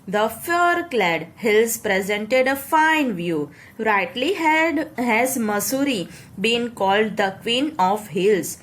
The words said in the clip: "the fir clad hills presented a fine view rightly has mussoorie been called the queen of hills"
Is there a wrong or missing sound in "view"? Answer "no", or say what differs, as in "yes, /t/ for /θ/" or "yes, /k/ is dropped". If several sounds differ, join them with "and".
no